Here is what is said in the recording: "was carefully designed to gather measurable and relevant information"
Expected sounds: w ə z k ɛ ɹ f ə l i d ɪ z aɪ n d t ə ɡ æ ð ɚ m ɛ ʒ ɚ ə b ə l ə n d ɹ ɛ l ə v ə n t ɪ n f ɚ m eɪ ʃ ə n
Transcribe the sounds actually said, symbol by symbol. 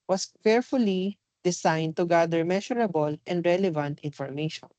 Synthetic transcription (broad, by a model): w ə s k ɛ ɹ f ə l i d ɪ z aɪ n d t ə ɡ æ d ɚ m ɛ ʃ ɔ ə b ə l ə n d ɹ ɛ l ə v ə n t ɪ n f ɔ m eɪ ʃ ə n